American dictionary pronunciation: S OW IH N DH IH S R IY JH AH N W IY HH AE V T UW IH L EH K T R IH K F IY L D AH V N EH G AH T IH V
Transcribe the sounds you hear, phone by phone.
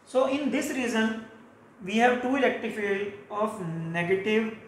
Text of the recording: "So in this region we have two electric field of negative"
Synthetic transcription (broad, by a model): S OW IH N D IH S R IY Z AH N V IY HH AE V T UW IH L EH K T IH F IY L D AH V N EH G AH T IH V